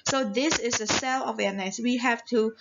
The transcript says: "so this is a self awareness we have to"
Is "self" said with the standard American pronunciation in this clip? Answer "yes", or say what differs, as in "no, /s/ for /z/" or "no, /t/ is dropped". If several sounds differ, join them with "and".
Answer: no, /f/ is dropped